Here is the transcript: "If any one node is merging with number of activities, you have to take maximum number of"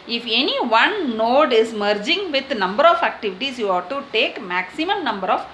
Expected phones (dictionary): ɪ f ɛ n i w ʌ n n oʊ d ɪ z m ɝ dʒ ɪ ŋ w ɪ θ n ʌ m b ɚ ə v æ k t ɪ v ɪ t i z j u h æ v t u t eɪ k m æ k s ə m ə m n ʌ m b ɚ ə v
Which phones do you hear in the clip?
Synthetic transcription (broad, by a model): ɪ f ɛ n i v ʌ n n oʊ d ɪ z m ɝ dʒ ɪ ŋ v ɪ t n ʌ m b ɚ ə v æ k t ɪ v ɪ t i s j u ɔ t u t eɪ k m æ k s ə m ə m n ʌ m b ɚ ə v